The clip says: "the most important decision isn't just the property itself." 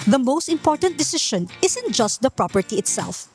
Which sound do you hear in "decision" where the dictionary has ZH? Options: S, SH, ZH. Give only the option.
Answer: SH